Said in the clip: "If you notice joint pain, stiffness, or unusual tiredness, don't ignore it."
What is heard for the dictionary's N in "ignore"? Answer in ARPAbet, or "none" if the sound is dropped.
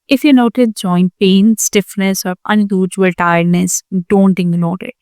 L